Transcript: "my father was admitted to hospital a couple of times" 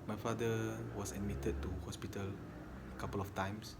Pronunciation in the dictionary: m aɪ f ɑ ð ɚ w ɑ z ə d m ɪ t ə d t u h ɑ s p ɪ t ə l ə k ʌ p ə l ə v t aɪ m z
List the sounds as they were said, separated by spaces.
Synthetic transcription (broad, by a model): m aɪ f ɑ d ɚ w ɑ s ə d m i t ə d t u h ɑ s p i t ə l ə k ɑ p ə l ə f t aɪ m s